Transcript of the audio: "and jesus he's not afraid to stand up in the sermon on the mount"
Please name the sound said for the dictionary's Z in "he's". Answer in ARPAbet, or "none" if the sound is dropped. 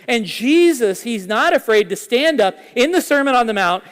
Z